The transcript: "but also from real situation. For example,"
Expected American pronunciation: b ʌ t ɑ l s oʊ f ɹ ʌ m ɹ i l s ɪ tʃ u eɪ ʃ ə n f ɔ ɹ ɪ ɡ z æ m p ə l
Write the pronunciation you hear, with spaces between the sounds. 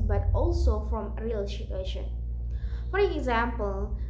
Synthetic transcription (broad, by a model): b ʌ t ɑ l s oʊ f ɹ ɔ m ɹ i l ʃ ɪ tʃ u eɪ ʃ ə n f ɔ ɹ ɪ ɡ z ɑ m p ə l